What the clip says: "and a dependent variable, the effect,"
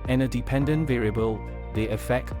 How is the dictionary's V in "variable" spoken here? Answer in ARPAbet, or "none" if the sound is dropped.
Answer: V